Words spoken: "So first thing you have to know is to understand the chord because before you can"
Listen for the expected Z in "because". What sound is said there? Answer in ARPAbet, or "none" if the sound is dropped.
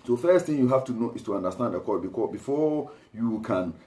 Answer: none